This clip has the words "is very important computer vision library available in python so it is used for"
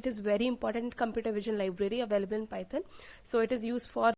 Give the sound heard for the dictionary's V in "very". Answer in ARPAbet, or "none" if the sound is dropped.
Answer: V